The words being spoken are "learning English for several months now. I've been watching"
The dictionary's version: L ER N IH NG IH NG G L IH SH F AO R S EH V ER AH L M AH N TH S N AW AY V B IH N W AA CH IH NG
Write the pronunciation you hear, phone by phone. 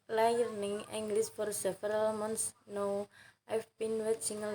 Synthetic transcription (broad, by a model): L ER N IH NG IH NG G L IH S F AO R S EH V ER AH L M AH N T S N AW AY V B IH N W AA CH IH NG